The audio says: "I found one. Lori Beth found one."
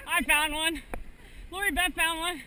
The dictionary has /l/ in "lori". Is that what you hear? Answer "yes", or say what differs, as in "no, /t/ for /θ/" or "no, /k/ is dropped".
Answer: yes